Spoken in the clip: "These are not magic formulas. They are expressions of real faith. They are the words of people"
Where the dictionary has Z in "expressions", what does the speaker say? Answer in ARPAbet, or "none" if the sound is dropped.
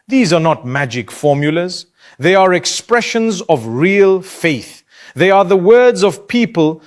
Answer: Z